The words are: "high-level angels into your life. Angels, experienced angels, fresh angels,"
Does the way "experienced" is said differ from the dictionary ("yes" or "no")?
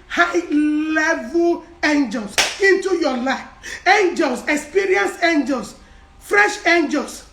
yes